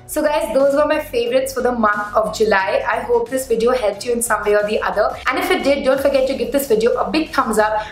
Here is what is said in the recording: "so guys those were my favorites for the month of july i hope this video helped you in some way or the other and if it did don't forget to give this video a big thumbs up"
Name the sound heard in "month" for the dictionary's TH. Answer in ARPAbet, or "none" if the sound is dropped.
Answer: T